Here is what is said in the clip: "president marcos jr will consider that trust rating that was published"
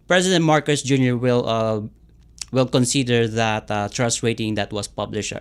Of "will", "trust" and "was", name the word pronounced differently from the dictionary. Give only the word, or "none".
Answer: was